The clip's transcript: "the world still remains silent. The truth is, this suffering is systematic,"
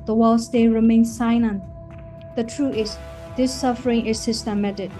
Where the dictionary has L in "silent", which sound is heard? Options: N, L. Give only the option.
N